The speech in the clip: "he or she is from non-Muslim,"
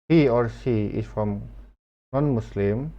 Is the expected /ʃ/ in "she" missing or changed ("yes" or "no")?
yes